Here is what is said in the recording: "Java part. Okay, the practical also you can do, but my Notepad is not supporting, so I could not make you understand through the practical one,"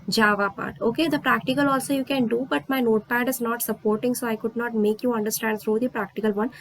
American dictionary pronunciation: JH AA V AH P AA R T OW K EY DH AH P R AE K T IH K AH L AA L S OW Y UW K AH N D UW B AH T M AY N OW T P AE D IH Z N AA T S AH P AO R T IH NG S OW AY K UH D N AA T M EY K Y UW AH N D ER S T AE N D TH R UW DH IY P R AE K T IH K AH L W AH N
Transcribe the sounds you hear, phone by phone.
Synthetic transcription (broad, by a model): JH AA V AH P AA R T OW K EY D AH P R AE K T IH K AH L AA L S OW Y UW K AH N D UW B AH T M AY N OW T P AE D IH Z N AA T S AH P AO R T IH NG S OW AY K UH D N AA T M EY K Y UW AH N D ER S T AE N D S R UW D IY P R AE K T IH K AH L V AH N